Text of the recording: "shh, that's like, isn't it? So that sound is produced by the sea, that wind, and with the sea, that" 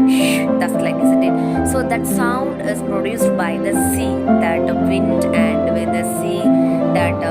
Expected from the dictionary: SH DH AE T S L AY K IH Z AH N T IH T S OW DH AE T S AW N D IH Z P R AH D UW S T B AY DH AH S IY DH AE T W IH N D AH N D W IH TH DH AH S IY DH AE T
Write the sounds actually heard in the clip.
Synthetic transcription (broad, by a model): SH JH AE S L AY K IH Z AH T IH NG S OW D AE T S AW N D IH Z P R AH D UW S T B AY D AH S IY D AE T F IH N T AH N D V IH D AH S IY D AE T